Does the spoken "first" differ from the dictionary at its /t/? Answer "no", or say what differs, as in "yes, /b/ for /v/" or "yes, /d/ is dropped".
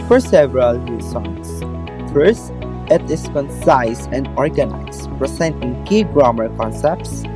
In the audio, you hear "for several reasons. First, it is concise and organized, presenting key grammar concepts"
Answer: no